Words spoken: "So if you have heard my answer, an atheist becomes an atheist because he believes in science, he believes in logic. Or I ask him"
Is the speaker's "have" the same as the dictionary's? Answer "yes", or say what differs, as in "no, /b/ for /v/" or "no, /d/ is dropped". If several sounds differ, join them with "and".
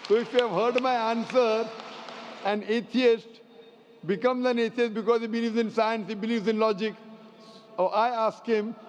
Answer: yes